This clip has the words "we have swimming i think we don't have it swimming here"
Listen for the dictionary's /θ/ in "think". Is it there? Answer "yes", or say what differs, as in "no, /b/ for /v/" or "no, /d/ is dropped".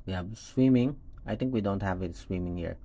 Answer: no, /t/ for /θ/